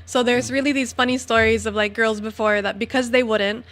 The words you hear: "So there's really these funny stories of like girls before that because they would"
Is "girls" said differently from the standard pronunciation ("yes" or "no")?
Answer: no